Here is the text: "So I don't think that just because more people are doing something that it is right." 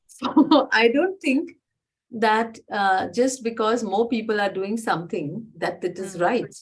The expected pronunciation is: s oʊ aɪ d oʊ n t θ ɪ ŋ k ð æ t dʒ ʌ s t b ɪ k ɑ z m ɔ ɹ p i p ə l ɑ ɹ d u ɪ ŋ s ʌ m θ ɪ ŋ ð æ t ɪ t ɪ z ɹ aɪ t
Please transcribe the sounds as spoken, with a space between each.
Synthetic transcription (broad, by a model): s oʊ aɪ d oʊ n t t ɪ ŋ k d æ t dʒ ʌ s t b ɪ k ɑ z m ɔ ɹ p i p ə l ɑ ɹ d u ɪ ŋ s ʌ m t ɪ ŋ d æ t ɪ t ɪ z ɹ aɪ t